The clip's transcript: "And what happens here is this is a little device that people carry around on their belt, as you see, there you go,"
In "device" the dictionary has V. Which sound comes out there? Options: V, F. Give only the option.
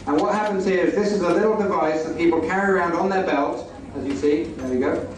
V